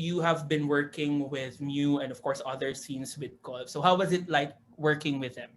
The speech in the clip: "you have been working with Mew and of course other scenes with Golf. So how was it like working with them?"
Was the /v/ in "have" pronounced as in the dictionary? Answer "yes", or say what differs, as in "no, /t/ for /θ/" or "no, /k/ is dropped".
yes